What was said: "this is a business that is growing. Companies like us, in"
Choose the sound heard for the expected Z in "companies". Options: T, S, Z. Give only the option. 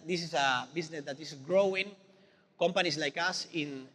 S